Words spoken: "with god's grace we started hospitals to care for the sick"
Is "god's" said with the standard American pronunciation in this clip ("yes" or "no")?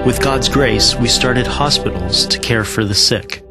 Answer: yes